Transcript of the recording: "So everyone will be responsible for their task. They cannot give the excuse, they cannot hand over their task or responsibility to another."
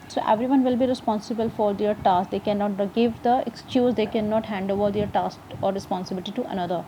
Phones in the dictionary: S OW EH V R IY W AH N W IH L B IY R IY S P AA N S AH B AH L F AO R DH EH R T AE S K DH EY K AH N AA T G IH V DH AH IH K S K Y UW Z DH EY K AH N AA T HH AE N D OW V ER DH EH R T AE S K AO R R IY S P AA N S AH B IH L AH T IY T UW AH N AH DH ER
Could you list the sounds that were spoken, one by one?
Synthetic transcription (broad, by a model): S OW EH V R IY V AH N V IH L B IY R IY S P AA N S AH B AH L F AO R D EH R T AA S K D EY K AH N AA T G IH V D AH IH K S K Y UW Z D EY K AH N AA T HH AE N D OW V ER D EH R T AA S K AO R R IY S P AA N S AH B IH L AH T IY T UW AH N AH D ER